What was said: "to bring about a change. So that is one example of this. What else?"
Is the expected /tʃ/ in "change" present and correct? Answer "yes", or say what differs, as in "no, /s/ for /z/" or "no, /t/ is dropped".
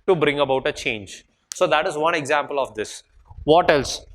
yes